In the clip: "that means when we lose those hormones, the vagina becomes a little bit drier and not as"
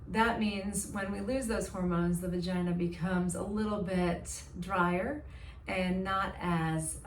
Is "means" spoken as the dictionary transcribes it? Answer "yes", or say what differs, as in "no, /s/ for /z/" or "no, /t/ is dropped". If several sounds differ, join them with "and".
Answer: yes